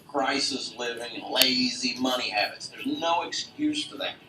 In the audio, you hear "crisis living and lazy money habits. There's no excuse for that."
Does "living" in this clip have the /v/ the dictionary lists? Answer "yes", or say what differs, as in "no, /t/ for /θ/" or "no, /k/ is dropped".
yes